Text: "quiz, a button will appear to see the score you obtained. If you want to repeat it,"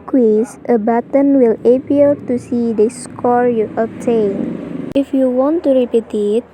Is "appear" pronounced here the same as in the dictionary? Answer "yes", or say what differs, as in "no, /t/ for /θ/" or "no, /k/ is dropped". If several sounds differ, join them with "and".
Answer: no, /l/ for /ɹ/